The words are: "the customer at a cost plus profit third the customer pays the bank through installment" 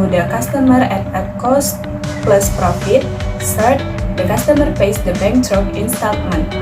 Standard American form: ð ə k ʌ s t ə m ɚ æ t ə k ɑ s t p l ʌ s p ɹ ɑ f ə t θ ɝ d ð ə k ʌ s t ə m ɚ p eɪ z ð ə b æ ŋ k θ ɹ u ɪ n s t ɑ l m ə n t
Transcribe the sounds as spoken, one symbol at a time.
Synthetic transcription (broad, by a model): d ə k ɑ s t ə m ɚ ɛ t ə k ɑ s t p l ʌ s p ɹ ɑ f ə t s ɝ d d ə k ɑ s t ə m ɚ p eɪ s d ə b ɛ ŋ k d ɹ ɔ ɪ n s t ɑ l m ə n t